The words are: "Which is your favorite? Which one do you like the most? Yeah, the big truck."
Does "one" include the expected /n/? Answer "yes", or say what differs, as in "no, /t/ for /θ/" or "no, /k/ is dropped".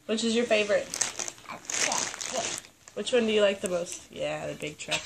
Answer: yes